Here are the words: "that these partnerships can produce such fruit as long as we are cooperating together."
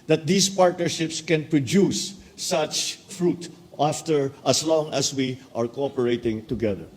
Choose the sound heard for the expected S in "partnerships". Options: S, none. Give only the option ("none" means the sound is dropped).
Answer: S